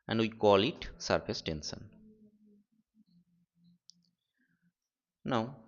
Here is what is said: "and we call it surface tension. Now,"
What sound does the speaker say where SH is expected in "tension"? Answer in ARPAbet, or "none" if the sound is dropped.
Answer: S